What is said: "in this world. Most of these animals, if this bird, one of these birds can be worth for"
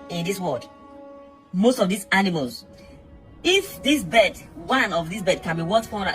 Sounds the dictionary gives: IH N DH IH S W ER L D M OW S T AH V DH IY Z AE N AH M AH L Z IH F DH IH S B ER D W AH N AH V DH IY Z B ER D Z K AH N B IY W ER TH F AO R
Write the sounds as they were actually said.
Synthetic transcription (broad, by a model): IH N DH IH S W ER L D M OW S T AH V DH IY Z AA N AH M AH L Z IH F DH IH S B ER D W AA N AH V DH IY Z B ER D K AH N B IY W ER T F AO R